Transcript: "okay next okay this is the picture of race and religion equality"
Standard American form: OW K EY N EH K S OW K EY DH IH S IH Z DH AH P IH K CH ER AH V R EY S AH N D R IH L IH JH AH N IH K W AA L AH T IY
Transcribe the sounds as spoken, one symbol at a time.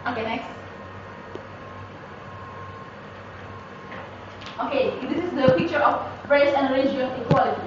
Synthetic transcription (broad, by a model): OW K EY N EH K S OW K EY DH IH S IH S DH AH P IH K CH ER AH P R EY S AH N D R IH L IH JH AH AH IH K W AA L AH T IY